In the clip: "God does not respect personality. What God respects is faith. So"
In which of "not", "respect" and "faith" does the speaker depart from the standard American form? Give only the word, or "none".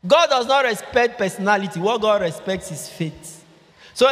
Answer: faith